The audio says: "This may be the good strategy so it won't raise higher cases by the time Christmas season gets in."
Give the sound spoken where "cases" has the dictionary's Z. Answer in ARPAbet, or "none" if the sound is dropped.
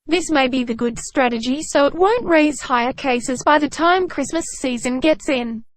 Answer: Z